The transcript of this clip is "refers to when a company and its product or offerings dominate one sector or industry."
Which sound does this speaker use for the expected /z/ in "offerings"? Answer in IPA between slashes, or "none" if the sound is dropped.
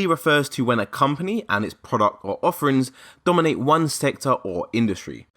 /z/